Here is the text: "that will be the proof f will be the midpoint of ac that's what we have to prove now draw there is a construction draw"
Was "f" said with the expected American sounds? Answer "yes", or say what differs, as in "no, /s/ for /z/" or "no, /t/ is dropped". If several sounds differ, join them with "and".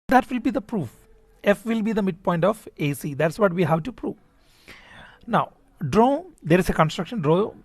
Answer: yes